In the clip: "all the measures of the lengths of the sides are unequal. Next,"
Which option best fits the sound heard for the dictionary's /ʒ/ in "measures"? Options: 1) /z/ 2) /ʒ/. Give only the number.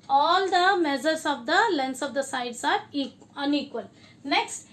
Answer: 1